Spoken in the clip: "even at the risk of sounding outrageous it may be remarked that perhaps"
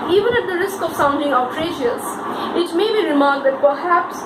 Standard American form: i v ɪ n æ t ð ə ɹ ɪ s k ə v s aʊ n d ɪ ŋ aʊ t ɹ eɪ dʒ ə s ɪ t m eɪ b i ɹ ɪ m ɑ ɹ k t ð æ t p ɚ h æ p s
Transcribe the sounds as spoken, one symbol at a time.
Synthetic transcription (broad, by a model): i v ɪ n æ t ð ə ɹ ɪ s k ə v s aʊ n d ɪ ŋ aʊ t ɹ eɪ ʃ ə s ɪ t m eɪ b i ɹ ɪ m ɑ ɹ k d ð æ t p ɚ h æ p s